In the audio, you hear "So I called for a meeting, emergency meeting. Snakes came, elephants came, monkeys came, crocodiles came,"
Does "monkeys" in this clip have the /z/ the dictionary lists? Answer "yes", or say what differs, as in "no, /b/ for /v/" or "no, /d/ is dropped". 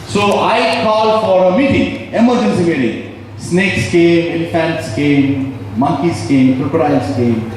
no, /s/ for /z/